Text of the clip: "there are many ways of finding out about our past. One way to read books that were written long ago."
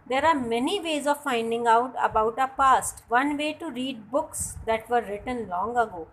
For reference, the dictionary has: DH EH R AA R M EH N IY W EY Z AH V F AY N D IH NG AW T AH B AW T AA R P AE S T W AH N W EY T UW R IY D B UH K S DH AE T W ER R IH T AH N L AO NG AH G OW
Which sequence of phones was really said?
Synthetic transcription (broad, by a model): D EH R AA R M EH N IY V EY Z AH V F AY N D IH NG AW T AH B AW T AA P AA S T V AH N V EY T UW R IY D B UH K S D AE T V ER R IH T AH N L AO NG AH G OW